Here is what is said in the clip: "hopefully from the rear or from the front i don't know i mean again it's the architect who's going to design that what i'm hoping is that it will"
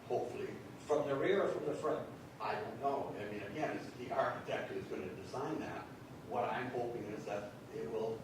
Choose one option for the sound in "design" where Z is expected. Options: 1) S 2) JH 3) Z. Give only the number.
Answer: 3